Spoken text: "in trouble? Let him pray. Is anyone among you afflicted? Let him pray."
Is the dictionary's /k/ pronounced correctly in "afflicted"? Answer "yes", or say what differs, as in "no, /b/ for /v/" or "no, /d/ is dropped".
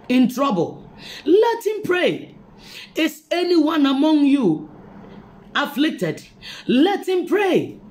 yes